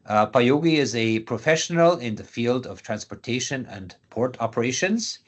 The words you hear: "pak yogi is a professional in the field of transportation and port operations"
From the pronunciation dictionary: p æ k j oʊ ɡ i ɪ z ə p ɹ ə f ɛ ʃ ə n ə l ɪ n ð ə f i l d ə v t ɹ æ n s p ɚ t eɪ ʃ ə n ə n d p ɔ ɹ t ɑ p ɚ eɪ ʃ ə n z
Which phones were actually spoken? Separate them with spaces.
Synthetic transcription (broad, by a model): p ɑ j oʊ ɡ i ɪ z ə p ɹ ə f ɛ ʃ ə n ə l ɪ n ð ə f i l d ə v t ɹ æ n s p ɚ t eɪ ʃ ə n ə n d p ɔ ɹ t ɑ p ɚ eɪ ʃ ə n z